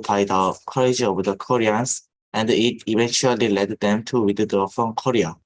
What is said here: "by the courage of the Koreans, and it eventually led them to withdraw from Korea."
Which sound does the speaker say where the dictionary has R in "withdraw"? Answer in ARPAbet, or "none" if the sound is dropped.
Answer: none